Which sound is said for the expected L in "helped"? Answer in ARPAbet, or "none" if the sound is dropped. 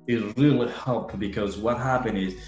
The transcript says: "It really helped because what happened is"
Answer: none